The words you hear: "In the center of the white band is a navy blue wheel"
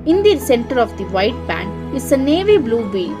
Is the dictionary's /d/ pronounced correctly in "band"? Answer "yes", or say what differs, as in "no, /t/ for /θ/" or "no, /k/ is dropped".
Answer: no, /d/ is dropped